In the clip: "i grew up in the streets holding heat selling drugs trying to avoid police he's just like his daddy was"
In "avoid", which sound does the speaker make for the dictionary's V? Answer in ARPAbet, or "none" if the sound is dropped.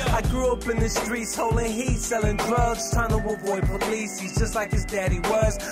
B